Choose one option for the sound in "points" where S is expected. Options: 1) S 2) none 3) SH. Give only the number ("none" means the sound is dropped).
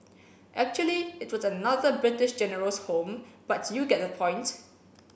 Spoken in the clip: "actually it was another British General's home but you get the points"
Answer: 2